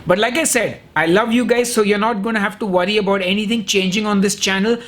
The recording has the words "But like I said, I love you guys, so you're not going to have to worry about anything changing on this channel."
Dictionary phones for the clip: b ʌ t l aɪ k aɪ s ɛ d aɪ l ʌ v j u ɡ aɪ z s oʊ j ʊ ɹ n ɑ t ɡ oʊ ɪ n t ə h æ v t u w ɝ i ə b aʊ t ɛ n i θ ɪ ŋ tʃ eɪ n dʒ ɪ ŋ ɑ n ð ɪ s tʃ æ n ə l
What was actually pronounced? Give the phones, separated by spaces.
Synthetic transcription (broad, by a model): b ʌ t l aɪ k aɪ s ɛ d aɪ l ʌ v j u ɡ aɪ z s oʊ j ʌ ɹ n ɑ t ɡ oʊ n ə h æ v t u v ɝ i ə b aʊ t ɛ n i t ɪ ŋ tʃ eɪ n dʒ ɪ ŋ ɑ n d ɪ s tʃ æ n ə l